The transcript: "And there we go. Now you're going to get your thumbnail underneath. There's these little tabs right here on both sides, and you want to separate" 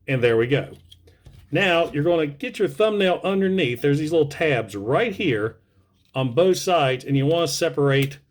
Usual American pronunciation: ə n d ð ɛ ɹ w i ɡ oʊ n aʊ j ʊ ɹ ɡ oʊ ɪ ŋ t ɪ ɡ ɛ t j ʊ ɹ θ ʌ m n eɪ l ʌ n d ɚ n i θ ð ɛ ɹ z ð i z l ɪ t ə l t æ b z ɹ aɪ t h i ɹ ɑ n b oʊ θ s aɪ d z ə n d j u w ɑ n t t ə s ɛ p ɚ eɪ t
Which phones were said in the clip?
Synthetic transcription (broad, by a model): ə n ð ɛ ɹ w i ɡ oʊ n aʊ j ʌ ɹ ɡ oʊ ɪ ŋ t ɪ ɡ ɛ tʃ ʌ ɹ θ ʌ m n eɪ l ʌ n d ɚ n i θ ð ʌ ɹ z ð i z l ɪ t l t æ b z ɹ aɪ t h i ɹ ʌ n b oʊ θ s aɪ d z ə n j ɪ w ɑ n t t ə s ɛ p ɚ eɪ t